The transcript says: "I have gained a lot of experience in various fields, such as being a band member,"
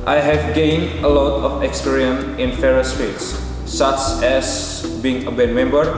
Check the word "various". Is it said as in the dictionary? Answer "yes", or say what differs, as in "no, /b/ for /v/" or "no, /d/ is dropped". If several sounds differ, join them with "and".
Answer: no, /f/ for /v/